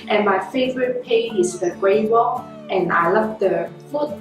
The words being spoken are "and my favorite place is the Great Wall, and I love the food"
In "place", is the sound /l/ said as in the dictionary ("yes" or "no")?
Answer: no